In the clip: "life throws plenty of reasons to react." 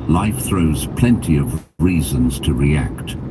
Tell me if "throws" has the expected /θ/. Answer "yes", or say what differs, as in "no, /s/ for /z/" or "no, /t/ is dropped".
yes